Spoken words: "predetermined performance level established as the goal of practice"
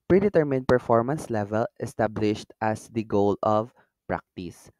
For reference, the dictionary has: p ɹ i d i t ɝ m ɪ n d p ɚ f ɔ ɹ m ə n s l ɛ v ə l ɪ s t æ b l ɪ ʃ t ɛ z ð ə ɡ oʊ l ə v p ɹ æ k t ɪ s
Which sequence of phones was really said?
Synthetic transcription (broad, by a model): p ɹ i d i t ɝ m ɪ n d p ɚ f ɔ ɹ m ə n s l ɛ v ə l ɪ s t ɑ b l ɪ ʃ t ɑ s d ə ɡ oʊ l ə v p ɹ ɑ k t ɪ s